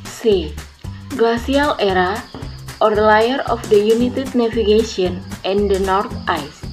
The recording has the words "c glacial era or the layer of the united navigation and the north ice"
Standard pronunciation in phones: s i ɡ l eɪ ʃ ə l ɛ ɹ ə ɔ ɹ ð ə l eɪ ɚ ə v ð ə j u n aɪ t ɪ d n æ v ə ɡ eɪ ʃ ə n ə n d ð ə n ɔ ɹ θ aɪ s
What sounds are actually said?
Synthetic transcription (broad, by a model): s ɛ ɡ l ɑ s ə l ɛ ɹ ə ɔ ɹ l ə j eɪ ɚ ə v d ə j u n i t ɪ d n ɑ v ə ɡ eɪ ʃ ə n ə n d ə n ɔ ɹ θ aɪ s